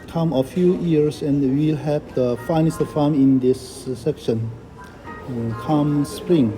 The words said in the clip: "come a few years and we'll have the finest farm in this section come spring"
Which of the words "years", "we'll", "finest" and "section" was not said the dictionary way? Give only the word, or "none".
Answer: years